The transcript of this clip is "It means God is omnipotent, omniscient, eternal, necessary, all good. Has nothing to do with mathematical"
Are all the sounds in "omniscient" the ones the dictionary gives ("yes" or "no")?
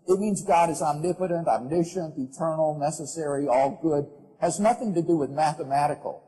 yes